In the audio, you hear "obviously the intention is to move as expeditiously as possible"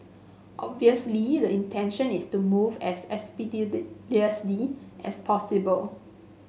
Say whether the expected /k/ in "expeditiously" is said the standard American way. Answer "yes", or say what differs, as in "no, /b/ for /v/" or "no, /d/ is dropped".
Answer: no, /k/ is dropped